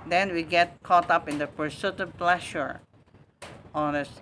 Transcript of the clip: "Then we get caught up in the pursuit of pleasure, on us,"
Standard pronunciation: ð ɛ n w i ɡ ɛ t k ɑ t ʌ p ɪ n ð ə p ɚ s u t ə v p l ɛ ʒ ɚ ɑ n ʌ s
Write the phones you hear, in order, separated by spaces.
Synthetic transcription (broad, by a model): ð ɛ n w i ɡ ɛ t k ɑ t ʌ p ɪ n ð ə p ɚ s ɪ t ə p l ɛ ʃ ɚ ɑ n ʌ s